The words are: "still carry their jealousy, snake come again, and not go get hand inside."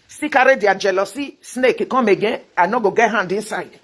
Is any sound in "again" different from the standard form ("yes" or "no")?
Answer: yes